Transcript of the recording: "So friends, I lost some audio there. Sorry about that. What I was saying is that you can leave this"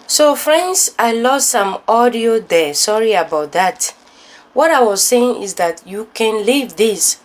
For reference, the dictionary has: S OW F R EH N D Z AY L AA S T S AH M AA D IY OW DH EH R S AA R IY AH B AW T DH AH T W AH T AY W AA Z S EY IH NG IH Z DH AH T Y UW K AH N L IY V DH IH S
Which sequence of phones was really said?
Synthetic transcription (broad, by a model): S OW F R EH N D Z AY L AA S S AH M AA D IY OW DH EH S AA R IY AH B AW T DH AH T W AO T AY W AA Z S EY IH NG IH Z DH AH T Y UW K AH N L IY V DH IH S